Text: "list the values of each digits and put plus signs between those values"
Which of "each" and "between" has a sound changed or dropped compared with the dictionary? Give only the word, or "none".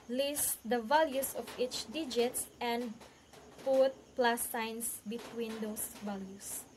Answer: none